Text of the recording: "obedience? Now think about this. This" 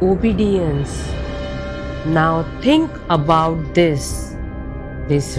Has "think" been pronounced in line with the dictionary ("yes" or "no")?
no